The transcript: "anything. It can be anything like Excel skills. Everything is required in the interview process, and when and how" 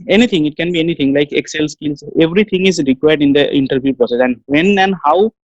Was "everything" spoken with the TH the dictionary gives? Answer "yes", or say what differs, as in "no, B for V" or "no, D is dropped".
no, T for TH